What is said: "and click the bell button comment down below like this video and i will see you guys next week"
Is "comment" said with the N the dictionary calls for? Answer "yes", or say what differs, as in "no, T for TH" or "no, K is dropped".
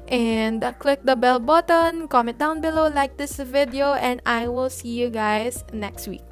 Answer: no, N is dropped